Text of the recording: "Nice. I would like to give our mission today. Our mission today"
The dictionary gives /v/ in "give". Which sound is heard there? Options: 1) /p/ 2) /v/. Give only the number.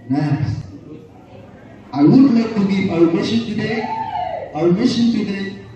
1